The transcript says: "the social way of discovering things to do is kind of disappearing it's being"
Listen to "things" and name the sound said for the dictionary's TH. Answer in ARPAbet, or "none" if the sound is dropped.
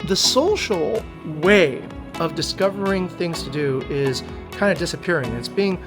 TH